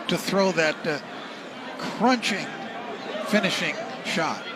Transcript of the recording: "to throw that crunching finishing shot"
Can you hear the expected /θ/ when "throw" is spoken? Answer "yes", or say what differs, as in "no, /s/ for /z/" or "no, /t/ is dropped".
yes